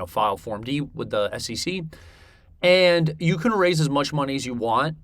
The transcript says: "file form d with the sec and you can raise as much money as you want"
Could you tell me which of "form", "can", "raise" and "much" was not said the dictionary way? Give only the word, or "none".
none